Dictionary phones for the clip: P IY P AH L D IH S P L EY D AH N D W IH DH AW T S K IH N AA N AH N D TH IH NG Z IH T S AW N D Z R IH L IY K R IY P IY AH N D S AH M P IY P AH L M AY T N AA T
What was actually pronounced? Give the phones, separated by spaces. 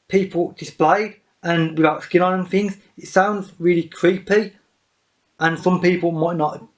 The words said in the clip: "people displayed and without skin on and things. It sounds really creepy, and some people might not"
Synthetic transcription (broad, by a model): P IY P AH L D IH S P L EY D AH N W IH DH AW T S K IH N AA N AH N TH IH NG Z IH T S AW N D Z R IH L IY K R IY P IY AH N S AH M P IY P AH L M AY T N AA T